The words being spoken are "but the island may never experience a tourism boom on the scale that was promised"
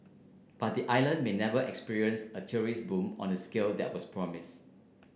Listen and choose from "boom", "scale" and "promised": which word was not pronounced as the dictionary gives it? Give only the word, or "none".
promised